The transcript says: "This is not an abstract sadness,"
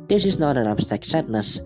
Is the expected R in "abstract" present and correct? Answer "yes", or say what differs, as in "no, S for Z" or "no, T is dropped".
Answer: no, R is dropped